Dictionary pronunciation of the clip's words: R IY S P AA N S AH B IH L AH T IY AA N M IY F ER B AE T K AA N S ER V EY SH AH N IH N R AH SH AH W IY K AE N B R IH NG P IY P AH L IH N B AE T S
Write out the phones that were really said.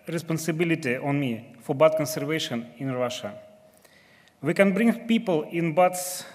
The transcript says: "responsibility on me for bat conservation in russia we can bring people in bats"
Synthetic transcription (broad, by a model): R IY S P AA N S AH B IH L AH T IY AA N M IY F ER B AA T K AA N S ER V EY SH AH N IH N R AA SH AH W IY K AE N B R IH NG P IY P AH L IH N B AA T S